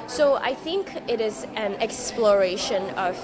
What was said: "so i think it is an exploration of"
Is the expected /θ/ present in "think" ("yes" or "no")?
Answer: yes